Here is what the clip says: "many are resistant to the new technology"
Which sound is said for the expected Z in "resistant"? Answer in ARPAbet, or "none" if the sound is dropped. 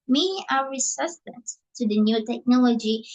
S